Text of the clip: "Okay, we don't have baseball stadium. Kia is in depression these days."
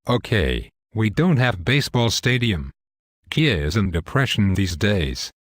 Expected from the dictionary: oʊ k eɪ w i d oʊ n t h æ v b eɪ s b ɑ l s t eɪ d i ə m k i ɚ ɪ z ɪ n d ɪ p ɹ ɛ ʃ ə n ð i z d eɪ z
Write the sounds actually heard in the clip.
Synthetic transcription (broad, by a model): oʊ k eɪ w i d oʊ n t h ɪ v b eɪ s b ɑ l s t eɪ d i ə m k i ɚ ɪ z ɪ n d ɪ p ɹ ɛ ʃ ə n ð i z d eɪ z